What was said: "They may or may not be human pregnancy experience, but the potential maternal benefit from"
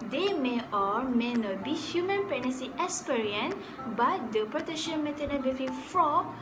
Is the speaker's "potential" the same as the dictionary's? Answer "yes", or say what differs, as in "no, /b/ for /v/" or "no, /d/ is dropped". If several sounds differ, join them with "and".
no, /n/ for /l/